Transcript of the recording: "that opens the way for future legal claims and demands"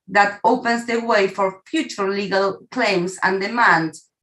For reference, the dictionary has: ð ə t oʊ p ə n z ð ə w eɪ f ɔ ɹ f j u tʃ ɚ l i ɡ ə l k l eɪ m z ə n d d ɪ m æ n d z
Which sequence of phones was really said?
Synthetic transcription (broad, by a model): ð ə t oʊ p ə n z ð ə w eɪ f ɔ ɹ f j u tʃ ɚ l i ɡ ə l k l eɪ m s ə n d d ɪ m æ n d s